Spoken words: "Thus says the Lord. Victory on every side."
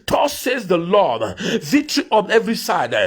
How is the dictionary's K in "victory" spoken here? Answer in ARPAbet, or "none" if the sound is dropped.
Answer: none